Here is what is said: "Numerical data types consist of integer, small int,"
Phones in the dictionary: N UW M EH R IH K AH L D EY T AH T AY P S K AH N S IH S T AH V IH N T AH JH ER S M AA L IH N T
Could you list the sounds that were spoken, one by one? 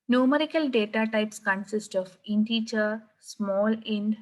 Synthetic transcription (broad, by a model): N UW M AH R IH K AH L D EY T AH T AY P S K AH N S IH S T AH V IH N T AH CH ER S M AA L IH N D